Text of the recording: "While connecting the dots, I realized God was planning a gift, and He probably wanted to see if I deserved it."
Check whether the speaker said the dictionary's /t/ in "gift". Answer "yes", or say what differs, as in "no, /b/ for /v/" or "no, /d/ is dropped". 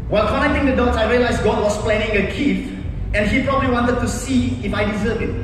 no, /t/ is dropped